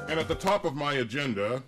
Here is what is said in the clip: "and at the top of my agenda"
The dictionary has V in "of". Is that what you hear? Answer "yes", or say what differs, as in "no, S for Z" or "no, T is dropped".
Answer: yes